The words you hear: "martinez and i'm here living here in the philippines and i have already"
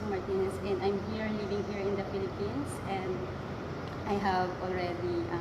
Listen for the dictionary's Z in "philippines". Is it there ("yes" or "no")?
no